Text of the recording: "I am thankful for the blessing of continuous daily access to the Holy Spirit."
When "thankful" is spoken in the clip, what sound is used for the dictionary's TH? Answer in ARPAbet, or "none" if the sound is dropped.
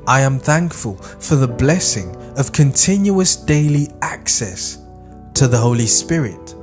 TH